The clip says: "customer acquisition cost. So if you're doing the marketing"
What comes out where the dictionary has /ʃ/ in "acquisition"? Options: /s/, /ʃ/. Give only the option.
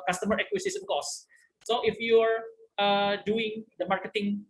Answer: /s/